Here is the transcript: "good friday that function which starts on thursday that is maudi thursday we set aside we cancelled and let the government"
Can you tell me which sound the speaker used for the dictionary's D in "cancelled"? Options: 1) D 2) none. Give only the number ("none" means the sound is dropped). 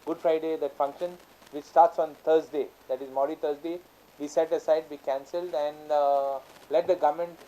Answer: 1